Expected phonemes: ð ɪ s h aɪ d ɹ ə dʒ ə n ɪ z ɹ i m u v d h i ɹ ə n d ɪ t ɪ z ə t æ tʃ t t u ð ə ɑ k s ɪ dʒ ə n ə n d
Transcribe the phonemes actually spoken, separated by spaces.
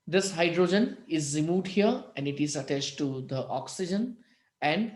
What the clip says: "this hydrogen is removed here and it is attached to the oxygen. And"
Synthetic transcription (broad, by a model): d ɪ s h aɪ d ɹ ə dʒ ə n ɪ z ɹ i m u d h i ɹ ə n d ɪ t ɪ z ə t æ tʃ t t u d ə ɑ k s ɪ dʒ ə n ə n d